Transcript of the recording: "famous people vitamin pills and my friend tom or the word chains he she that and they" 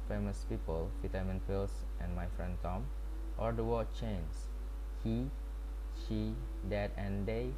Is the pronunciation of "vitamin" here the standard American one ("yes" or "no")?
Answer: no